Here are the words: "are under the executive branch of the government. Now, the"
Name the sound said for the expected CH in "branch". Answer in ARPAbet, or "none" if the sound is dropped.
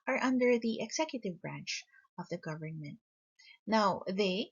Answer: CH